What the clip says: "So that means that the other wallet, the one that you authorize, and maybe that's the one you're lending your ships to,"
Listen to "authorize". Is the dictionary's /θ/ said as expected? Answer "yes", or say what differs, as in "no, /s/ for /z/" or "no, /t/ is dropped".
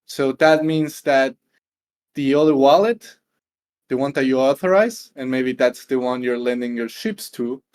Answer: yes